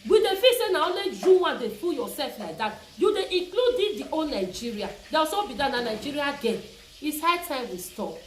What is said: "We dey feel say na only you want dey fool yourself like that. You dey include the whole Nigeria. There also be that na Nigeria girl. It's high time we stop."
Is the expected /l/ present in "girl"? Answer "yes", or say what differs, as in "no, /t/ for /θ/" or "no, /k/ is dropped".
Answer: no, /n/ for /l/